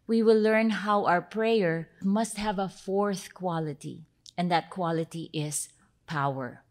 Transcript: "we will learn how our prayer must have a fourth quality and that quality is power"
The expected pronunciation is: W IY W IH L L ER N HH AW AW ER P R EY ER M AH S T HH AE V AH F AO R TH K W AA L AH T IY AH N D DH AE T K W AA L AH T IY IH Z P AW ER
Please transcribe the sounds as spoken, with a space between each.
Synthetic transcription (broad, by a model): W IY W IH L L ER N HH AW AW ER P R EY ER M AH S T HH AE V AH F AO R TH K W AA L AH T IY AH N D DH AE T K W AA L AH T IY IH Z P AW ER